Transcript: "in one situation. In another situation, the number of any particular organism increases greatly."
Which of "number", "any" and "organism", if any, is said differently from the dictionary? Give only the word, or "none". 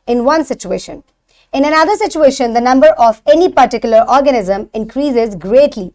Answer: none